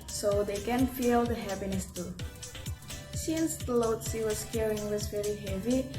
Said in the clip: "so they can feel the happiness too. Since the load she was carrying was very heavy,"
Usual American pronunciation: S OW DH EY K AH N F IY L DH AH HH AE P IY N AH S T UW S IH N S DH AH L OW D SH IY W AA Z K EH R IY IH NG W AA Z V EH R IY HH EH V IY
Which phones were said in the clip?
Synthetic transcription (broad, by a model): S OW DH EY K AH N F IY L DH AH HH AE P IY N AH S T UW S IH N S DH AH L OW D S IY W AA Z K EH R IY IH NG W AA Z V EH R IY HH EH V IY